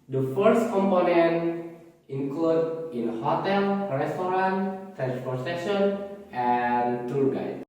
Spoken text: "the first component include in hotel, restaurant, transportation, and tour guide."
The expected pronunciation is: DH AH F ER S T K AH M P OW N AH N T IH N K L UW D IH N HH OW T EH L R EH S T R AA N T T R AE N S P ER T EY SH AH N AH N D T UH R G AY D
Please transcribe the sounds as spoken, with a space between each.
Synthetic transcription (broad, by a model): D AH F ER S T K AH M P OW N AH N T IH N K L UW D IH N HH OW T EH L R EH S T R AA N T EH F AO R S ER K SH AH N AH N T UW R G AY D